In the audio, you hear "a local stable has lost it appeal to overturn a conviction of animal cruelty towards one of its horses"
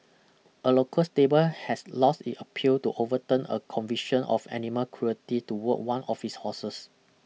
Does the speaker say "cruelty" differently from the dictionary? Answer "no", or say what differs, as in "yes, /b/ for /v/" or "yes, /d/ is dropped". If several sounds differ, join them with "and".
yes, /l/ is dropped